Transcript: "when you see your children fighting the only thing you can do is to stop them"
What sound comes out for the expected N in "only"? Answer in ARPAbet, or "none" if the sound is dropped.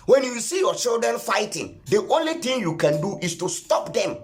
N